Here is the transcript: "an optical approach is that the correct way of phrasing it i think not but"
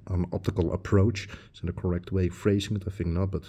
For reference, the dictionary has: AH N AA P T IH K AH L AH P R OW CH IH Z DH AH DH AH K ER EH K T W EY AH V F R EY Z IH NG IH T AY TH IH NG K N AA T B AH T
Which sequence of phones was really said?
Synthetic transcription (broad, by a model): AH N AA P T IH K AH L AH P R OW IH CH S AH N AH K ER EH K T W EY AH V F R EY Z IH NG IH T AY TH IH NG K N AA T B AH T